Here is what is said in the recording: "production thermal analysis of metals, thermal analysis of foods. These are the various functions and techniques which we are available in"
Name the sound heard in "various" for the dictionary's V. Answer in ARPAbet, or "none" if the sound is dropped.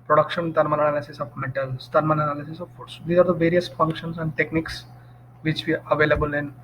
V